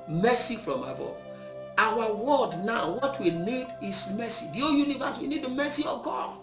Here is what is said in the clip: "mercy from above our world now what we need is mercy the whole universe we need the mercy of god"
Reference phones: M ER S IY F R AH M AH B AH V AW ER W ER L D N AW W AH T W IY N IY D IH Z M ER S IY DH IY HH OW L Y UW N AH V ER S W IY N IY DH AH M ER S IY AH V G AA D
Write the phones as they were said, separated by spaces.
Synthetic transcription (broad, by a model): M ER S IY F R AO M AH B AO AW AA W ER D N AW W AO T W IY N IY D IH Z M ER S IY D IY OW Y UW N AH V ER S W IY N IY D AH M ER S IY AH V G AA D